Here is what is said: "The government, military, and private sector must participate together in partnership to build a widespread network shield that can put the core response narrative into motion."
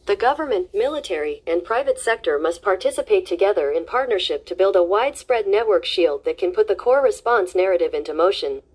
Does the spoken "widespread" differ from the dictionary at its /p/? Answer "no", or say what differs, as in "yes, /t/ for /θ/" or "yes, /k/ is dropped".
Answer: no